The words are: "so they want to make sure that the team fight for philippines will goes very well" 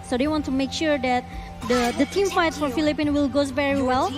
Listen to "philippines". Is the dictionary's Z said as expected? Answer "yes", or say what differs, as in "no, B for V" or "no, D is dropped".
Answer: no, Z is dropped